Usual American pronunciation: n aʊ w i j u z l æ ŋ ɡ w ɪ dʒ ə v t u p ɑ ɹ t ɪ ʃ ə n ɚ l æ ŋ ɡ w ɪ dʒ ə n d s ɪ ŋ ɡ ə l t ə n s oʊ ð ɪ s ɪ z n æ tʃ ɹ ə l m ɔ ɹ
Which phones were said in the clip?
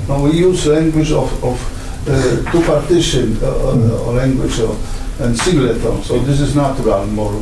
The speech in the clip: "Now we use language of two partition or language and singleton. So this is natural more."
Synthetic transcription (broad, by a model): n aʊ w i j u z l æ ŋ ɡ w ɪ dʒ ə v t u p ɑ ɹ t ɪ ʃ ə n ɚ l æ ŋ ɡ w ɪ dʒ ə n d s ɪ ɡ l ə t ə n s oʊ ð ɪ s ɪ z n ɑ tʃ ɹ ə n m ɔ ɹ